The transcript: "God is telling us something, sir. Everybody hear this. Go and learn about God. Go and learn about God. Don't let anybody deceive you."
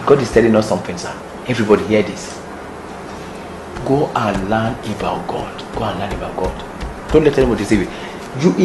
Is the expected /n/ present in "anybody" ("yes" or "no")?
no